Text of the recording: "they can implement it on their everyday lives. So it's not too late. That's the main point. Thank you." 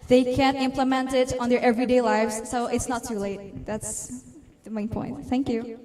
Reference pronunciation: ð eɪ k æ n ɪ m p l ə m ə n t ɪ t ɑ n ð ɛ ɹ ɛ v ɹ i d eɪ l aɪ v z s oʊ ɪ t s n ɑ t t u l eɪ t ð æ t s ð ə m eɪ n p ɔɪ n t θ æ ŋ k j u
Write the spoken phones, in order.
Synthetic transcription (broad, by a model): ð eɪ k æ n ɪ m p l ə m ə n t ɪ t ɑ n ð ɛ ɹ ɛ v ɹ i d eɪ l aɪ v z s oʊ ɪ t s n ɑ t t u l eɪ t ð æ t s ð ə m eɪ n p ɔɪ n t θ æ ŋ k j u